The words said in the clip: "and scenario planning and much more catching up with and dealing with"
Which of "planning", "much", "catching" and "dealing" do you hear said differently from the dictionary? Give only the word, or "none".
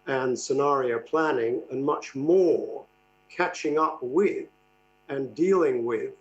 none